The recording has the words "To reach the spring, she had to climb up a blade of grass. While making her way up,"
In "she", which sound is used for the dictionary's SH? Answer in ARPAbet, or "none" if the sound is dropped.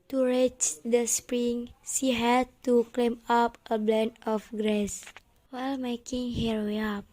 S